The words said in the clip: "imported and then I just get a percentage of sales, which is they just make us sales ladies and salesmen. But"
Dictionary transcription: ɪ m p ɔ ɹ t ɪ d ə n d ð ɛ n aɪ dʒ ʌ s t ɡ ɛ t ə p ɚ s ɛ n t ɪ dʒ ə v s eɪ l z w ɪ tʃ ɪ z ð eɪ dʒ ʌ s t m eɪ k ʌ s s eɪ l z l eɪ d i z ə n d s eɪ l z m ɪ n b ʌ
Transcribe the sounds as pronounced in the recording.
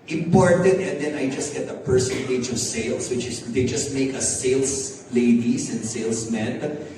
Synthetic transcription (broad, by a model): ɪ m p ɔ ɹ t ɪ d ə n d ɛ n aɪ dʒ ʌ s t ɡ ɛ t ə p ɚ s ɛ n t ɪ dʒ ə v s eɪ l s w ɪ tʃ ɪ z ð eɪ dʒ ʌ s t m eɪ k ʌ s s eɪ l s l eɪ d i s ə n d s eɪ l s m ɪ n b